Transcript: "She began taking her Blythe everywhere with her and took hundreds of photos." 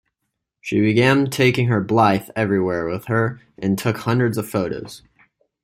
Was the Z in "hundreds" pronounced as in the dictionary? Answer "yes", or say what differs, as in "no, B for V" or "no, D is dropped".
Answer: yes